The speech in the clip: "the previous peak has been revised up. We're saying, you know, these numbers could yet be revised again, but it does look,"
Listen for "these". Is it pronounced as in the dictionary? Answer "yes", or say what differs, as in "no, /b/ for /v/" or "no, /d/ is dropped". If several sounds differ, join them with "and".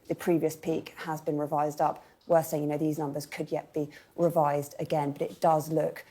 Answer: yes